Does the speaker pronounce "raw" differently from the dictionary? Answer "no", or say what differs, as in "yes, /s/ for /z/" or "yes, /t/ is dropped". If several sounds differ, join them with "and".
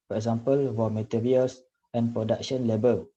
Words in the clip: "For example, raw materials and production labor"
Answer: yes, /w/ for /ɹ/